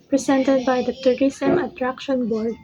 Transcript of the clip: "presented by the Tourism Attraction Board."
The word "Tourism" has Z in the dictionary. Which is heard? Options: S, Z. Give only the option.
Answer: S